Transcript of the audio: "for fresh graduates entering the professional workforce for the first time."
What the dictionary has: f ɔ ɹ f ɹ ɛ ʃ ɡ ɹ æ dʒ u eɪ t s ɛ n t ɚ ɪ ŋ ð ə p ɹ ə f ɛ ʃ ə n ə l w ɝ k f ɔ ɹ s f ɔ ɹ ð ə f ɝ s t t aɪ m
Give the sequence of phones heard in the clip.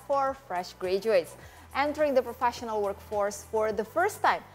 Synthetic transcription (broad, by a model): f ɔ ɹ f ɹ ɛ ʃ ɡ ɹ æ dʒ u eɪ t s ɛ n t ɚ ɪ ŋ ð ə p ɹ ə f ɛ ʃ ə n ə l w ɝ k f ɔ ɹ s f ɔ ɹ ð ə f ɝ s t t aɪ m